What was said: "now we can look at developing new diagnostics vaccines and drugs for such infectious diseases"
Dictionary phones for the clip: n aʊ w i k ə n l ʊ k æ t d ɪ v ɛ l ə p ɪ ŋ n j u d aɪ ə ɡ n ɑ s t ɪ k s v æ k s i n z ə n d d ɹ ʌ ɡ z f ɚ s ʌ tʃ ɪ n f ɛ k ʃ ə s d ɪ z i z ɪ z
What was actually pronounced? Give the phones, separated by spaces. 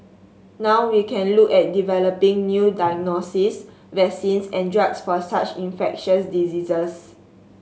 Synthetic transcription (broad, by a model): n aʊ w i k ə n l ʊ k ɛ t d ɪ v ɛ l ə p ɪ ŋ n j u d aɪ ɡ n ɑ s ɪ s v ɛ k s i n s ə n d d ɹ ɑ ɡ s f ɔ s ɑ tʃ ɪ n f ɛ k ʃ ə s d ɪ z i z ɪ s